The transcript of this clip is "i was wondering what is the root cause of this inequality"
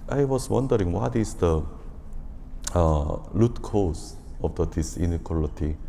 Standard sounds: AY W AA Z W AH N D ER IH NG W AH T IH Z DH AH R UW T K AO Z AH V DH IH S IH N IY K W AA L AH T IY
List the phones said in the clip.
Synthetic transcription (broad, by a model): AY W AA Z W AH N D ER IH NG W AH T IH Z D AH L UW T K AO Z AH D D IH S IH N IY K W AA L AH T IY